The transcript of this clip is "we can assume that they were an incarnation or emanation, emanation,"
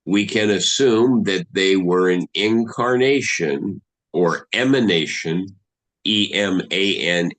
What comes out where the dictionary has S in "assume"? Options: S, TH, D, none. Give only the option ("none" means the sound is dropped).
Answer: S